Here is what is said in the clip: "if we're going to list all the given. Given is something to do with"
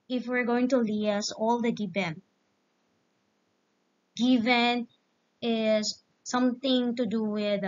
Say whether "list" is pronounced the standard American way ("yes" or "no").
no